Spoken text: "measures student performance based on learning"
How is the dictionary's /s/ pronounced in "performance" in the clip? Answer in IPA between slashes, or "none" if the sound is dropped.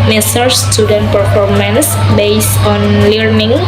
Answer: /s/